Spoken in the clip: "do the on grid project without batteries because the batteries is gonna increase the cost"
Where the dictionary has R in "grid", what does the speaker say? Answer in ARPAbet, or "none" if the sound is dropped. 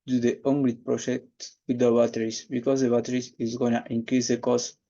L